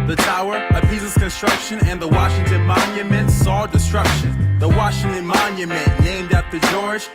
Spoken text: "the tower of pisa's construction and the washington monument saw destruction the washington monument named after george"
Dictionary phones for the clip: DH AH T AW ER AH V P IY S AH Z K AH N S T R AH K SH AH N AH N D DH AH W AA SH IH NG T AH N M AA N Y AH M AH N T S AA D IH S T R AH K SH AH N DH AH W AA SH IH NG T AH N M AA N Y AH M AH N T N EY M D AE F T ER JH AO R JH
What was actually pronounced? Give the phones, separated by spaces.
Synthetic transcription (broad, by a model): DH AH T AW ER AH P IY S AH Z K AH N S T R AH K SH AH N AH N DH AH W AA SH IH NG T AH N M AA N Y AH M AH N T S AA D IH S T R AH K SH AH N DH AH W AA SH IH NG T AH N M AA N Y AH M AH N N EY M D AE T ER JH AO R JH